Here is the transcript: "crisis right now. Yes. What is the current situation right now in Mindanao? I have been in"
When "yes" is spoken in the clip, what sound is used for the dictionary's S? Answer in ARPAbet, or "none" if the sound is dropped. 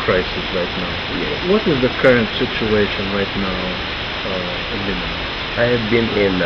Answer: none